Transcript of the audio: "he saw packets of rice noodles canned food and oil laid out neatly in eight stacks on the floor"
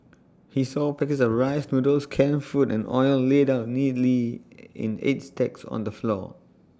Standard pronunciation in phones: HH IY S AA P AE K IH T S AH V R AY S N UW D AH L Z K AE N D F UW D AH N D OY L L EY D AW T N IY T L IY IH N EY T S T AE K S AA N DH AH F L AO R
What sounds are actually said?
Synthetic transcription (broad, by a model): HH IY S AA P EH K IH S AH R AY S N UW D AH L S K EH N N F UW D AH N OY L L EY D AW T N IY T L IY IH N EY T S T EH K S AA N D AH F L AO